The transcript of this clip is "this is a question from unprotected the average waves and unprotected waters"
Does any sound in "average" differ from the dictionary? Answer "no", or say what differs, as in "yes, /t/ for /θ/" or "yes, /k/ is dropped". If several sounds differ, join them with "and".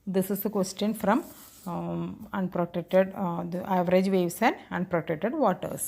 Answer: no